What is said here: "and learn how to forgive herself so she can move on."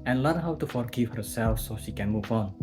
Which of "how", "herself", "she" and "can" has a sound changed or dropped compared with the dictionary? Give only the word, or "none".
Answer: none